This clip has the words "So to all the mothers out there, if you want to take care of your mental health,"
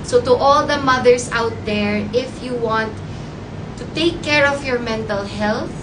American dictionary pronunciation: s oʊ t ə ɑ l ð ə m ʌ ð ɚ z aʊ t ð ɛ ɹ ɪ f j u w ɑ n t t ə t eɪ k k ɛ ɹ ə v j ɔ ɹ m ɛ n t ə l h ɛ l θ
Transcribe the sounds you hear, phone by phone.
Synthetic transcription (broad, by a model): s oʊ t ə ɑ l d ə m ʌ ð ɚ s aʊ t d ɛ ɹ ɪ f j u w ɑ n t t ə t eɪ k k ɛ ɹ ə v j ɔ ɹ m ɛ n t ə l h ɛ l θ